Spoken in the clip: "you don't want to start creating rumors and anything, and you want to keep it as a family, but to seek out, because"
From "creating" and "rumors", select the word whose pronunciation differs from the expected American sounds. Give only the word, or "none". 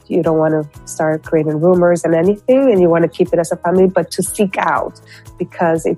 none